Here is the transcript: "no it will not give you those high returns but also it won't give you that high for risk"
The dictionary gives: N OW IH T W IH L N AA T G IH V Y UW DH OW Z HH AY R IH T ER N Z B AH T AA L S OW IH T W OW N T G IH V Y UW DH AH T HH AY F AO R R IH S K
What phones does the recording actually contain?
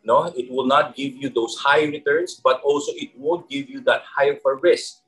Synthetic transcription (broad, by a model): N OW IH T W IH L N AA T G IH V Y UW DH OW S HH AY R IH T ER N S B AH T AA L S OW IH T W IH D G IH V Y UW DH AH T HH AY F AO R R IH S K